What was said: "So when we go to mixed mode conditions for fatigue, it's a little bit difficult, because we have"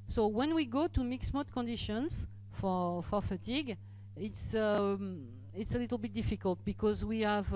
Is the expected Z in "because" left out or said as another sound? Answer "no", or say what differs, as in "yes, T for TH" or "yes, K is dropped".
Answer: no